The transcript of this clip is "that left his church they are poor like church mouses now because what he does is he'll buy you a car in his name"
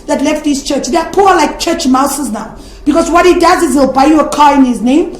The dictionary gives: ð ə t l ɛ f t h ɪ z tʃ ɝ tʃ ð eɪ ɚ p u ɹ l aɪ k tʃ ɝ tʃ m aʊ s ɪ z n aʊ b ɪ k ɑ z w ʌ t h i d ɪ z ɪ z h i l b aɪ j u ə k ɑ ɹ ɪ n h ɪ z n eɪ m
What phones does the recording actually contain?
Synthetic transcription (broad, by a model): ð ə t l ɛ f t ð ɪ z tʃ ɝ tʃ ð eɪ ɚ p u l aɪ k tʃ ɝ tʃ m aʊ s ɪ z n aʊ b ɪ k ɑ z w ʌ t h i d ɪ z ɪ z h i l b aɪ j u ə k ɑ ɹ ɪ n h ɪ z n eɪ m